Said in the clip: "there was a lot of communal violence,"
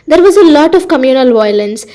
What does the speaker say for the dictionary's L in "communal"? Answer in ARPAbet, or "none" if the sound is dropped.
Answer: L